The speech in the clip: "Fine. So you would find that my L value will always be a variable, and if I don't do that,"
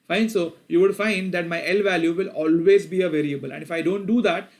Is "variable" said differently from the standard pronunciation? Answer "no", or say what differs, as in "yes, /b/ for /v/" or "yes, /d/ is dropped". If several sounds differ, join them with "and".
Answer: no